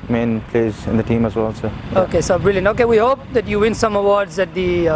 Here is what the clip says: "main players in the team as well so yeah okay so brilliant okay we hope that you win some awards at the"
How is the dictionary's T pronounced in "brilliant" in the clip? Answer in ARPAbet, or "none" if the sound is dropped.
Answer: none